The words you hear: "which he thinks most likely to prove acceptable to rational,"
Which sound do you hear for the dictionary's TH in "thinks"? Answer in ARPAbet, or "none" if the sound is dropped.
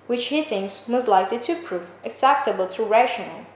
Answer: T